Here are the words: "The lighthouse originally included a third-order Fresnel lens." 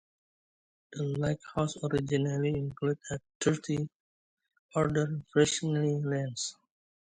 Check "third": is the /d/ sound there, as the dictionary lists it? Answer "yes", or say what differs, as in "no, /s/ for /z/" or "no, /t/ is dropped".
no, /d/ is dropped